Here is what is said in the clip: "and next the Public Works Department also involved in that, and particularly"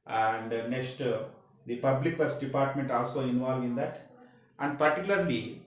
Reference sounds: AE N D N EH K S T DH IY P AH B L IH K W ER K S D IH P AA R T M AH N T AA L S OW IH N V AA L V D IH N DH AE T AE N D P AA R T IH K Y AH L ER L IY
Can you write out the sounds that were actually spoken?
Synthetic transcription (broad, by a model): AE N D N EH K S T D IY P AH B L IH K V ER S D IH P AA R T M AH N T AA L S OW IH N V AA L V IH N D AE T AE N D P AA R T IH K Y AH L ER L IY